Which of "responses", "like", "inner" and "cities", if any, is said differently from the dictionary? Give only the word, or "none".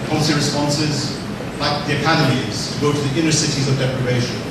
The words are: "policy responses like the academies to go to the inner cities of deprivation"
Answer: none